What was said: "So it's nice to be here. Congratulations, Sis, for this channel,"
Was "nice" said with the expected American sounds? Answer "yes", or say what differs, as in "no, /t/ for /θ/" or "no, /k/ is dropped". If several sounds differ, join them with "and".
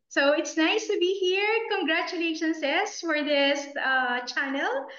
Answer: yes